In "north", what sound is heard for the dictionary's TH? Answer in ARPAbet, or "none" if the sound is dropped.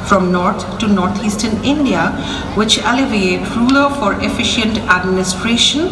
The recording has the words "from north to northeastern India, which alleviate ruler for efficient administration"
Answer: T